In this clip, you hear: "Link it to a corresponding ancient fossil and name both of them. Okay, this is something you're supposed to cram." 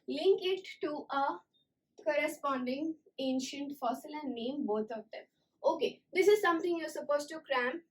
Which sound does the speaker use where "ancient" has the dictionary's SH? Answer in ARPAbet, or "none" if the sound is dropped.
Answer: SH